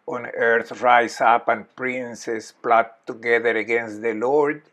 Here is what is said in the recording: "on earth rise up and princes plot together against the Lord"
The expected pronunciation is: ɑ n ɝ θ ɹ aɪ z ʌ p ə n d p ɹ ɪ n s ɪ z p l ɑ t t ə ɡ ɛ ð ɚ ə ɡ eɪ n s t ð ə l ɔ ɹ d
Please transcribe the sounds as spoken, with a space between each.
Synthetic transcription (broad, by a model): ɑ n ɝ θ ɹ aɪ s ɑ p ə n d p ɹ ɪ n s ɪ s p l ɑ t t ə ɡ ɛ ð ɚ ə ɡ eɪ n s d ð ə l ɔ ɹ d